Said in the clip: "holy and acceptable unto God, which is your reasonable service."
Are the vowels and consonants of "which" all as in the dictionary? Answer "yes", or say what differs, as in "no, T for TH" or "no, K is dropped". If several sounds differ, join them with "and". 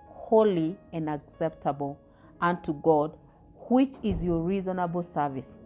yes